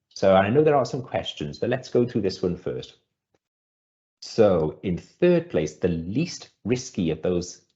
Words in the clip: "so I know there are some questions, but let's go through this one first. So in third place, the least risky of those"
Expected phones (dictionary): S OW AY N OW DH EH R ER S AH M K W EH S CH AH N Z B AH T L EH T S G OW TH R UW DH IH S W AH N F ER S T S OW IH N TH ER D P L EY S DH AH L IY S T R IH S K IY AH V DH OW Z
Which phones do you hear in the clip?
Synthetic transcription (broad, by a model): S OW AY N OW DH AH R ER S AH M K W EH S CH AH N Z B AH T L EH T S G OW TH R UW DH IH S W AH N F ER S T S OW IH N TH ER D P L EY S DH AH L IY S T R IH S K IY AH V DH OW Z